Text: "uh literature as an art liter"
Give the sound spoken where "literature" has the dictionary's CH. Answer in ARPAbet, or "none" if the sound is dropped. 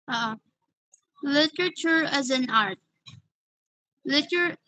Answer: CH